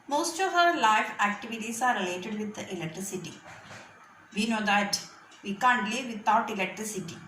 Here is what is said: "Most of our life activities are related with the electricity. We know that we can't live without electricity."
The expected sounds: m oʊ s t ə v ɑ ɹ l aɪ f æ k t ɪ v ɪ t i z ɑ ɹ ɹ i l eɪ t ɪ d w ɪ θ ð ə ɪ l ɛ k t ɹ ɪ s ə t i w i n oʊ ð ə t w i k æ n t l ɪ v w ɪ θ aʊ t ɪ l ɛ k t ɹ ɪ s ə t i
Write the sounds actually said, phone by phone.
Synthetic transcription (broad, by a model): m oʊ s t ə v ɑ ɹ l aɪ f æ k t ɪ v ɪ t i s ɑ ɹ ɹ i l eɪ t ɪ d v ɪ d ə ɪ l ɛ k t ɹ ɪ s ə t i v i n oʊ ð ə t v i k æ n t l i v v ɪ t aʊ t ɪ l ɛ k t ɹ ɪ s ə t i